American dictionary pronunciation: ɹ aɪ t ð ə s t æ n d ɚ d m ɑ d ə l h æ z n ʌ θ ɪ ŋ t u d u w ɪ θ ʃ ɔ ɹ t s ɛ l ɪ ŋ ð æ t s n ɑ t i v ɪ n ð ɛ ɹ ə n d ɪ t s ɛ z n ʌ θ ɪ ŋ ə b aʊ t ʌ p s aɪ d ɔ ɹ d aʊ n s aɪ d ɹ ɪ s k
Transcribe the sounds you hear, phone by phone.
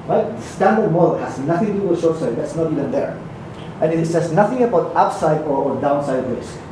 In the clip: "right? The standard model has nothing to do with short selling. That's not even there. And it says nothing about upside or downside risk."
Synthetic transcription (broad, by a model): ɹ aɪ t s t æ n d ɚ d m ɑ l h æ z n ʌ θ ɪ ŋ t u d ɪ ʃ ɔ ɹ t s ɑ ɪ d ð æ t s n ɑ t i v ɪ n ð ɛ ɹ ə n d ɪ t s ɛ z n ʌ θ ɪ ŋ ə b aʊ t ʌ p s aɪ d ɔ ɹ d aʊ n s aɪ d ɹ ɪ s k